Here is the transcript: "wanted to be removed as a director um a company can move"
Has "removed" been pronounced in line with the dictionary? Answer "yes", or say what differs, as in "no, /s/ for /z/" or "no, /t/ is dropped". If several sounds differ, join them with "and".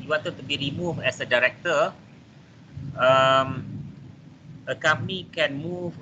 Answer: no, /d/ is dropped